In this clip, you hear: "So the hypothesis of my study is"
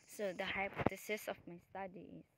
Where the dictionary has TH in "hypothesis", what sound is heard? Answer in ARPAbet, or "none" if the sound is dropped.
T